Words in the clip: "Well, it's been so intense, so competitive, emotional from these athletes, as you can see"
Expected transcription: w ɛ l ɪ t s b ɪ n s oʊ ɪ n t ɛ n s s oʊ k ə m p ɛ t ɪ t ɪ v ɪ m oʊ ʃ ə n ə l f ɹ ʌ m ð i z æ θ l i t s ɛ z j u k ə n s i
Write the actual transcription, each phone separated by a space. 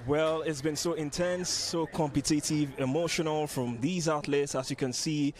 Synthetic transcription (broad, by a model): w ɛ l ɪ t s b ɪ n s oʊ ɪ n t ɛ n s s oʊ k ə m p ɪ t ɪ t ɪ v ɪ m oʊ ʃ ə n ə l f ɹ ʌ m ð i z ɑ t l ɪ t s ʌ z j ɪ k ə n s i